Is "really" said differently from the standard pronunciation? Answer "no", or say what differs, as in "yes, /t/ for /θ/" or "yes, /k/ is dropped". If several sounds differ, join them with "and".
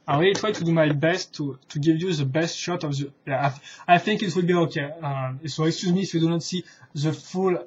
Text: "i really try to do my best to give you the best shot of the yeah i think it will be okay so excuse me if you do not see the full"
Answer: yes, /w/ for /ɹ/ and /l/ is dropped